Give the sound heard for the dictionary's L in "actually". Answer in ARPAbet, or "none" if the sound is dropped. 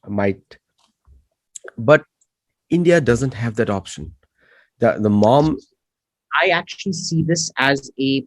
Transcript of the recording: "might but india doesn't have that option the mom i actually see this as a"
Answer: L